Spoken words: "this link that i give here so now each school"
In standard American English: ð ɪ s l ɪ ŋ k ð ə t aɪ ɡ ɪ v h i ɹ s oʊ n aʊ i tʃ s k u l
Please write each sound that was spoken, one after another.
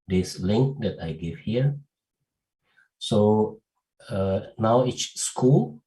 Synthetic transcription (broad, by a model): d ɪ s l ɪ ŋ k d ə t aɪ ɡ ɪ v h i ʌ s oʊ n aʊ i s s k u l